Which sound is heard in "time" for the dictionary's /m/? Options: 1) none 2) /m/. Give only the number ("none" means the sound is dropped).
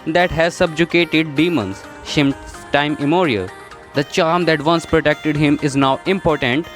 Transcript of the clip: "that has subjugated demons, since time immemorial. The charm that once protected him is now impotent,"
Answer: 1